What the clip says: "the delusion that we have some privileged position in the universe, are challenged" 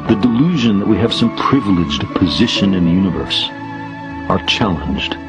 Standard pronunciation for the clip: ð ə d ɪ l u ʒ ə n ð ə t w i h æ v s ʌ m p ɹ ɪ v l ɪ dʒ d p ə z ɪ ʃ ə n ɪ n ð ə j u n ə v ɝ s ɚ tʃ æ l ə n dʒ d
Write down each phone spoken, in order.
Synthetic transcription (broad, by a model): ð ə d ɪ l u ʒ ə n ð ə t w i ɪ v s ʌ m p ɹ ɪ v l ɪ dʒ d p ə z ɪ ʃ ə n ɪ n ð ə j u n ə v ɝ s ɚ tʃ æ l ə n dʒ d